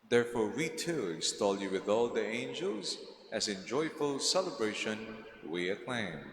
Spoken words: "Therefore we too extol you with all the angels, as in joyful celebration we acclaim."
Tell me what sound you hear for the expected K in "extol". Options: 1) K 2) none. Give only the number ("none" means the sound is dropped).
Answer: 2